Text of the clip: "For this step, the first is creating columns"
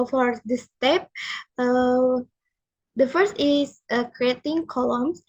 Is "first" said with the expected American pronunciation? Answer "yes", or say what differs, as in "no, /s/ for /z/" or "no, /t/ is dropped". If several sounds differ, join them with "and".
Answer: yes